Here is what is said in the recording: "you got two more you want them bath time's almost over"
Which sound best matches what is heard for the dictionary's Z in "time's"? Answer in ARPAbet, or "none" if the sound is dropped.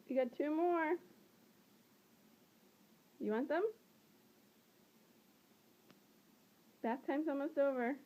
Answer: S